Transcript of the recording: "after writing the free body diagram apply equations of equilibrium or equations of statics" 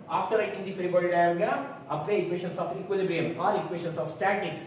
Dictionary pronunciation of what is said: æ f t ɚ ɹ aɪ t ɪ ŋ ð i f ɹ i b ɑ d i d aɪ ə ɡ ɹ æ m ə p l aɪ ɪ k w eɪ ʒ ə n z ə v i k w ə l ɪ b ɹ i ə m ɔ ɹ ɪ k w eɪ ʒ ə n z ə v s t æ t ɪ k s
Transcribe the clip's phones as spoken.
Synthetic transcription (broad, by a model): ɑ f t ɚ ɹ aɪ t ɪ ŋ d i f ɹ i b ɑ d i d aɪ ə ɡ ɑ ə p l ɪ k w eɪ ʃ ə n s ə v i k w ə l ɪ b ɹ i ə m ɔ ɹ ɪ k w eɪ ʃ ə n s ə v s t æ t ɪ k s